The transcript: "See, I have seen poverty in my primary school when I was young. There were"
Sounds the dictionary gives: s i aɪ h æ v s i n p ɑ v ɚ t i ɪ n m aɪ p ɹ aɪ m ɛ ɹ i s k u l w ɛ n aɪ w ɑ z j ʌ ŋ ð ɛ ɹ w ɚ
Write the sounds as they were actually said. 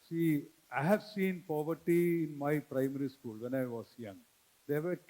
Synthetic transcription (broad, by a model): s i aɪ h æ v s i n p ɑ v ɚ t i ɪ n m aɪ p ɹ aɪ m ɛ ɹ i s k u l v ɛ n aɪ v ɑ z j ʌ ŋ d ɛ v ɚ